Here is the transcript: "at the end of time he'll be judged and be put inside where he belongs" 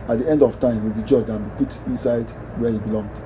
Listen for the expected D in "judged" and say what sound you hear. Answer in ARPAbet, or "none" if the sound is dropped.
none